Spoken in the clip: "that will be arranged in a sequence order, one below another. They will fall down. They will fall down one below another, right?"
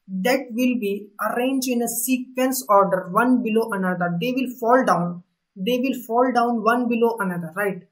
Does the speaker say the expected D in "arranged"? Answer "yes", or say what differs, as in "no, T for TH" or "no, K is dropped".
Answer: no, D is dropped